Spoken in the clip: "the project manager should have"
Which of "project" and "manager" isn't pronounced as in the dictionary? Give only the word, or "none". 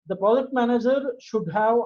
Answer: project